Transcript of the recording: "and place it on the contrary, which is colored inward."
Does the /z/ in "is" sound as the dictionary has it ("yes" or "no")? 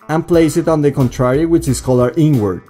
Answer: no